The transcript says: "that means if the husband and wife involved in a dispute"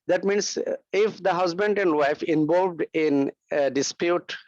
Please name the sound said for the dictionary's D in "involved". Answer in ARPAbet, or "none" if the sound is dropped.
D